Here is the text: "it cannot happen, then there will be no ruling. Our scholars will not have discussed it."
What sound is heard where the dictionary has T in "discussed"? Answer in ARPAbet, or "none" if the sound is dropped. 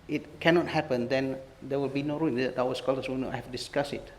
none